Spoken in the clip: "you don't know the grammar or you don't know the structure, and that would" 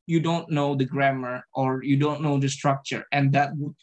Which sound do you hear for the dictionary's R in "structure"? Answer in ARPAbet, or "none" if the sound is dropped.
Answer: R